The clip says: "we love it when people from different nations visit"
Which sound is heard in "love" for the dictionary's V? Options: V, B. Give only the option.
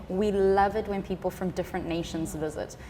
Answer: V